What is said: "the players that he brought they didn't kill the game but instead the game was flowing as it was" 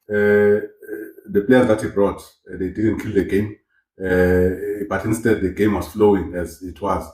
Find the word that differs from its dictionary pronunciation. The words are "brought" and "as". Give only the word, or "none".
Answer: none